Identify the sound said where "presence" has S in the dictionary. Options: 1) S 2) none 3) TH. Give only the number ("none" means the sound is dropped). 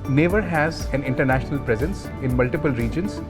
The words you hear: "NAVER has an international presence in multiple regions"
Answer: 1